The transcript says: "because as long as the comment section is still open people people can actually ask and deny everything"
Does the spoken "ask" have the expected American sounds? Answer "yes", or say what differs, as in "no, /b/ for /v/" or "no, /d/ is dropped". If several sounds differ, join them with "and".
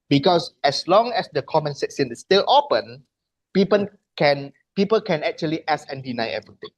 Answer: no, /k/ is dropped